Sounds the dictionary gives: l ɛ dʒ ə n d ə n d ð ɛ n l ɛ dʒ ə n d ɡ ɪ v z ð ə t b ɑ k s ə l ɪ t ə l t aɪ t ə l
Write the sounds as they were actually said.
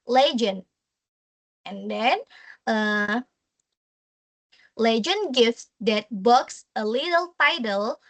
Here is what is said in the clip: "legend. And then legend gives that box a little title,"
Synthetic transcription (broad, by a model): l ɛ dʒ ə n ə n d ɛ n l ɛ dʒ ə n ɡ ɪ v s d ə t b ɑ k s ə l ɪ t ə l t aɪ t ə l